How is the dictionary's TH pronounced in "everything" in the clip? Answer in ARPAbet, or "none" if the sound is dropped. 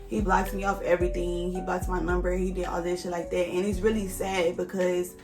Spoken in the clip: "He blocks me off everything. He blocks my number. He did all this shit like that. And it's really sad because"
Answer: TH